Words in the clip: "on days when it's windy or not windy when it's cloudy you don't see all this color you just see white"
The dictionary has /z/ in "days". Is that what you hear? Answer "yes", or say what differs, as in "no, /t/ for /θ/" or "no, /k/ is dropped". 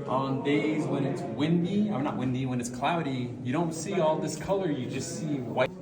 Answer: yes